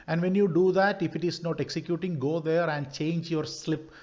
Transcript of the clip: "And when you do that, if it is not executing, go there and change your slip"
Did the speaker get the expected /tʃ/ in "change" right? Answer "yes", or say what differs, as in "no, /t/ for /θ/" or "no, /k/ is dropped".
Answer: yes